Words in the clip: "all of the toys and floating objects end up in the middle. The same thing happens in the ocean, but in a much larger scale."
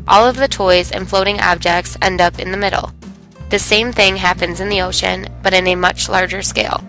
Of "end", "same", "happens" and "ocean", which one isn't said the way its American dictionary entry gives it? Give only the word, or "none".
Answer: none